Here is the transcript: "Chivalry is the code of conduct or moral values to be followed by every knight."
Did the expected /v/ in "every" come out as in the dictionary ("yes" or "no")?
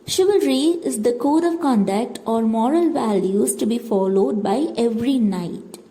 yes